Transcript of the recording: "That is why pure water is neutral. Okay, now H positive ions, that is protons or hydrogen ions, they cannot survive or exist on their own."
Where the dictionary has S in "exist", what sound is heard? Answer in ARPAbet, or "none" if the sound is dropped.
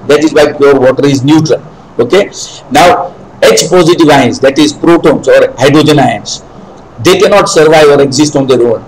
S